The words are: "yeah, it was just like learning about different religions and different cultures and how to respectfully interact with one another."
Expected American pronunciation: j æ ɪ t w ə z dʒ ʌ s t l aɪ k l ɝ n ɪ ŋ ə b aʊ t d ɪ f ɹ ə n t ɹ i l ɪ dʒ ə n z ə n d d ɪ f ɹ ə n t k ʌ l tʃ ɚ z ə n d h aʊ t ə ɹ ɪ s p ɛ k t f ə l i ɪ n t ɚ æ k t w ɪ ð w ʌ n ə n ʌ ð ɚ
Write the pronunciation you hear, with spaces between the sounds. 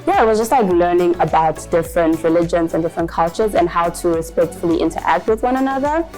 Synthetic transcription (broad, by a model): j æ ɪ t w ə z dʒ ʌ s t l aɪ k l ɝ n ɪ ŋ ə b aʊ t d ɪ f ɹ ə n t ɹ i l ɪ dʒ ə n z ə n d d ɪ f ɹ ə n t k ʌ l tʃ ɚ z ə n h aʊ t ə ɹ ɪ s p ɛ k t f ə l i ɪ n t ɚ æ k t w ɪ ð w ʌ n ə n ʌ ð ɚ